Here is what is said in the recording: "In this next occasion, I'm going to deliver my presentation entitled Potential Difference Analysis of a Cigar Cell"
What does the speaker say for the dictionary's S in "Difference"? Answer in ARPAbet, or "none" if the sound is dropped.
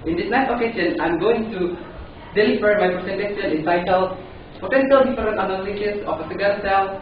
none